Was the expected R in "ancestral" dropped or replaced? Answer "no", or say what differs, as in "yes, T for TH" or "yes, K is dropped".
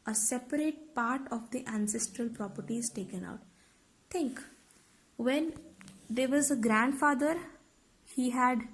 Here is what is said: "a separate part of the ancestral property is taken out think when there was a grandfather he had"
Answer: no